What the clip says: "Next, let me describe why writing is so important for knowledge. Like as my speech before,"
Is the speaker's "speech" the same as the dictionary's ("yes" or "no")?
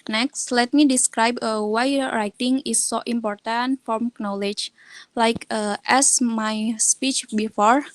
yes